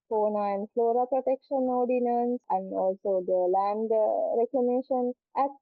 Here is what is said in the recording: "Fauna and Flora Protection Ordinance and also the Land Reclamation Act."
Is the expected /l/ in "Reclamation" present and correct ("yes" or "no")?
no